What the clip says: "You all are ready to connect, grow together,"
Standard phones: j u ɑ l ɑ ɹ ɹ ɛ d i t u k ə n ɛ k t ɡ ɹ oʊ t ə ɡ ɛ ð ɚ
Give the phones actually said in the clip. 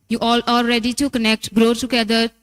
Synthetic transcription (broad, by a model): j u ɑ l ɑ l ɹ ɛ d i t u k ə n ɛ k t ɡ ɹ oʊ t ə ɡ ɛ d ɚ